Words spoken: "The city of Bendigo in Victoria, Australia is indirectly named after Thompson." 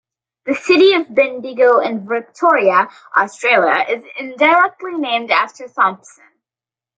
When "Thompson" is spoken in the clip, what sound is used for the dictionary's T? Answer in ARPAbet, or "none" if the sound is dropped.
S